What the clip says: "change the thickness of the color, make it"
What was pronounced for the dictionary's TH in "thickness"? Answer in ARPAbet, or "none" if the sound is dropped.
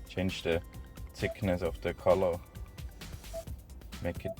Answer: S